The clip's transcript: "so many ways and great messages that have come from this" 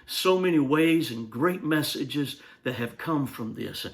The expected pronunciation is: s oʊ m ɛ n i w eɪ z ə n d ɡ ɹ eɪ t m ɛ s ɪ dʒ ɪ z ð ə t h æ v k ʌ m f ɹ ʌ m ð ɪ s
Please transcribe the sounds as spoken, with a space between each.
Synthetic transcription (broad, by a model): s oʊ m ɛ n i w eɪ z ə n ɡ ɹ eɪ t m ɛ s ɪ dʒ ɪ z ð ə t h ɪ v k ʌ m f ɹ ʌ m ð ɪ s